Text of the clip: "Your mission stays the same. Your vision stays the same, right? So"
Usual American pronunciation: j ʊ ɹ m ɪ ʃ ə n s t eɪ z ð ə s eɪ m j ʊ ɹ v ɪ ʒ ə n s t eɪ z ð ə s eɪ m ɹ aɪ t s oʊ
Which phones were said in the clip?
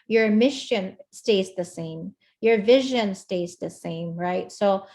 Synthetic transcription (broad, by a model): j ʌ ɹ m ɪ ʃ ə n s t eɪ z ð ə s eɪ m j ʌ ɹ v ɪ ʒ ə n s t eɪ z ð ə s eɪ m ɹ aɪ t s oʊ